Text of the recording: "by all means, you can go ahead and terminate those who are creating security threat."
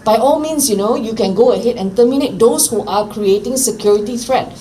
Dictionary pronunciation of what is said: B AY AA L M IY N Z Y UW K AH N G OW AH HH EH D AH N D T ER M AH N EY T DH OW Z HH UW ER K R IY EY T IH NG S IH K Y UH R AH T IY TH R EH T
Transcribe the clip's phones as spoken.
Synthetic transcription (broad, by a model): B AY AA L M IY N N Y UW K AH N G OW AH HH EH D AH N T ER M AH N EY T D OW S HH UW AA K R IY EY T IH NG S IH K Y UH R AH T IY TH R EH T